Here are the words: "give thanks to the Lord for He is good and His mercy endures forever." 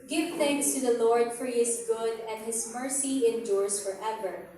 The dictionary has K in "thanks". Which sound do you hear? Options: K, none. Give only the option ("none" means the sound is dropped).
K